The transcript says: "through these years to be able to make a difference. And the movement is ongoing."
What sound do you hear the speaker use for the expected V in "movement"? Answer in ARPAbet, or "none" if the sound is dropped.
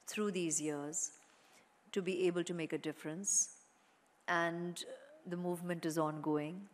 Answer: V